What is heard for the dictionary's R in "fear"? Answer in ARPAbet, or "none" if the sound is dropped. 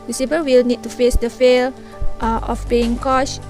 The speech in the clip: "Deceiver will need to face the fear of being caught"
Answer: L